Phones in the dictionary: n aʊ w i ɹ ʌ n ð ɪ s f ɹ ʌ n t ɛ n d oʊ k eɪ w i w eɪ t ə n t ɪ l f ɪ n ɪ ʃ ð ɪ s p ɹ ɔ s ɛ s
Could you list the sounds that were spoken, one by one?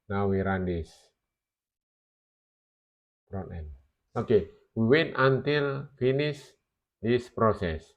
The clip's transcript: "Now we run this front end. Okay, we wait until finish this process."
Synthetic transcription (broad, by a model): n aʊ w i ɹ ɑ n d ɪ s p ɹ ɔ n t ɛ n oʊ k eɪ w i w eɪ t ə n t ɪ l f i n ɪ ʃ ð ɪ s p ɹ ɔ s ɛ s